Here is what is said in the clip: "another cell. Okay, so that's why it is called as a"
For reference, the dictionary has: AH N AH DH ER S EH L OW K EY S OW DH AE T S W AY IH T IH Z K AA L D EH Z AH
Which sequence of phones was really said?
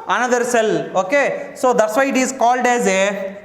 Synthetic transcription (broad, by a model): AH N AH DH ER S EH L OW K EY S OW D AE T S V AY IH T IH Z K AA L D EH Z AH